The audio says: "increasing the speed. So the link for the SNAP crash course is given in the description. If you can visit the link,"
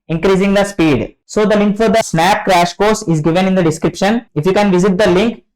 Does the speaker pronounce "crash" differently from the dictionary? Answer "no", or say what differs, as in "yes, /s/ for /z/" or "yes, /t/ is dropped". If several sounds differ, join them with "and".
no